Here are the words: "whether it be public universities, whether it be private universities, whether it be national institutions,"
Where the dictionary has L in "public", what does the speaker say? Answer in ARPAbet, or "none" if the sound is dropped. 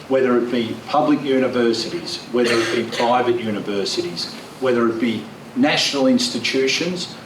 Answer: L